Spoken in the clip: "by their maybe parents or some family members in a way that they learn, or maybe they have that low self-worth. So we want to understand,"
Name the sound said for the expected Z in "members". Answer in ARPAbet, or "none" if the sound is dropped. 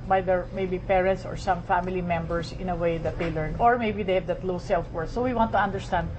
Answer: S